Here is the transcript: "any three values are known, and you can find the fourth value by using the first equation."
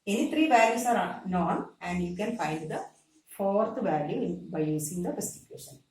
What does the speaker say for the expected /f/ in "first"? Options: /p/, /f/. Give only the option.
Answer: /p/